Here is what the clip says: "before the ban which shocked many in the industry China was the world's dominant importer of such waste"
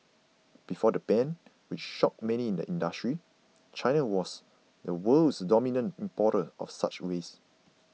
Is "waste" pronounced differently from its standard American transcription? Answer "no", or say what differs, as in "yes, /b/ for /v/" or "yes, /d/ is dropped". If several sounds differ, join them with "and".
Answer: yes, /t/ is dropped